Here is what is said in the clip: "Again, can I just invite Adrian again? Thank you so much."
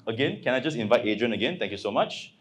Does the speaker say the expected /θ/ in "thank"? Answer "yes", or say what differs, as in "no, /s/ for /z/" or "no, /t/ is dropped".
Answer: no, /t/ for /θ/